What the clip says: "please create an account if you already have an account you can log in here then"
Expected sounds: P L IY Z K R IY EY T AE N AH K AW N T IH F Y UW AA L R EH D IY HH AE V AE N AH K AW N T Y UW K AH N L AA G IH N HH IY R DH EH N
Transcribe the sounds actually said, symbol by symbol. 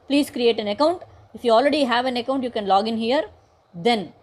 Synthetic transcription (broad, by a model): P L IY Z K R IY EY T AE N AH K AW N T IH F Y UW AA L R EH D IY HH AE V AE N AH K AW N T Y UW K AH N L AA G IH N HH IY R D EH N